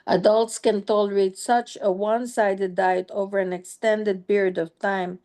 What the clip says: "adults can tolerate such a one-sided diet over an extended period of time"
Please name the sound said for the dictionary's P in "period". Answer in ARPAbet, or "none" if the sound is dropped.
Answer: B